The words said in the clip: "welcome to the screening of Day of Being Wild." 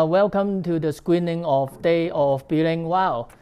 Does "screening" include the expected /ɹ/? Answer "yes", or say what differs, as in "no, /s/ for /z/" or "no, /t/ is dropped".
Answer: no, /w/ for /ɹ/